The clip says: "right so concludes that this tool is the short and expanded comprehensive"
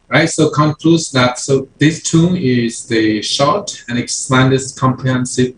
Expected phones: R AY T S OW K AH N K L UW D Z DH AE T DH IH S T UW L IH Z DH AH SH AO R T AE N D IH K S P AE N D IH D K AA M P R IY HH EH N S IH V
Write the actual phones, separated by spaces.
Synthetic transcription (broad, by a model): R AY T S OW K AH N K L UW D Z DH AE T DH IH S T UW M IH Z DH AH SH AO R T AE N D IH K S AE N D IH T K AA M P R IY HH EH N S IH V